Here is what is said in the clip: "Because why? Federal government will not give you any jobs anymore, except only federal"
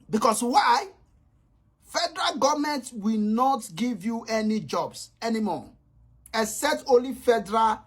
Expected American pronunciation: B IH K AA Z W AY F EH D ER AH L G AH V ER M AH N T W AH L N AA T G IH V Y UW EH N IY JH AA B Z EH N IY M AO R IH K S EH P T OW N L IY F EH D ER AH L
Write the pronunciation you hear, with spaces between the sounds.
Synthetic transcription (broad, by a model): B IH K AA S W AY F EH D ER AH L G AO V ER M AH N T W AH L N AA T G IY V Y UW EH N IY JH AA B S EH N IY M AO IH S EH T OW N L IY F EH D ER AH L